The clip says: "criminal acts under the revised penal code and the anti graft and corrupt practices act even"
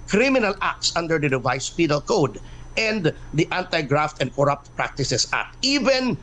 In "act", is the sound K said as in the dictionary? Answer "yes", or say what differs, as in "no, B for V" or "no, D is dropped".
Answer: no, K is dropped